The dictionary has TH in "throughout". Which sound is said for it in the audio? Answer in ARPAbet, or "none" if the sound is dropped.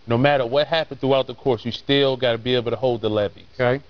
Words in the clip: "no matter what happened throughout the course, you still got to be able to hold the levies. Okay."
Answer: TH